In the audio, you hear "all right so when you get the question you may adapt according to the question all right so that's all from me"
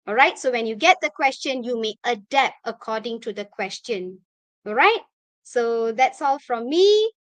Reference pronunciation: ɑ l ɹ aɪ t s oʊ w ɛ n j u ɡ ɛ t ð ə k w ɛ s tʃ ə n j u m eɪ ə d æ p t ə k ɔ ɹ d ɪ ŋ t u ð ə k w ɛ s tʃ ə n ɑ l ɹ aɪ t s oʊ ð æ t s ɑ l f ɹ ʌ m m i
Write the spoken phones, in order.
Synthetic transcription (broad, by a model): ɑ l ɹ aɪ t s oʊ w ɛ n j u ɡ ɛ t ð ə k w ɛ s tʃ ə n j u m eɪ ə d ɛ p ə k ɔ d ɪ ŋ t u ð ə k w ɛ s tʃ ə n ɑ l ɹ aɪ t s oʊ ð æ t s ɑ l f ɹ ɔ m m i